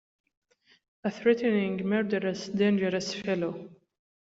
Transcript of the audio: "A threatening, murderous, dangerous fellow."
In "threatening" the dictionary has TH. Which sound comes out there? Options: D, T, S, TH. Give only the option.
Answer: TH